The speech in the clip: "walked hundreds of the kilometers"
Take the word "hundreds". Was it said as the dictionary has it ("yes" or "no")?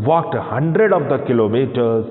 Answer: no